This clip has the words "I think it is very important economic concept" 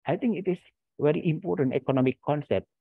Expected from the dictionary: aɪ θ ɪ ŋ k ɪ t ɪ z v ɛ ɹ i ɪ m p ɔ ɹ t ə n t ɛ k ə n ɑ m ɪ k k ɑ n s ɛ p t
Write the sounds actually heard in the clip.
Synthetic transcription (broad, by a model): aɪ t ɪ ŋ k ɪ t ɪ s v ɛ ɹ i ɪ m p ɔ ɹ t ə n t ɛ k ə n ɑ m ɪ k k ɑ n s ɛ p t